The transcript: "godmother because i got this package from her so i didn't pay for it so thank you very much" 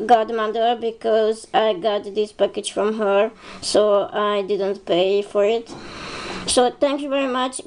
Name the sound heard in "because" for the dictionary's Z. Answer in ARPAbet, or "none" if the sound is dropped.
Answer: Z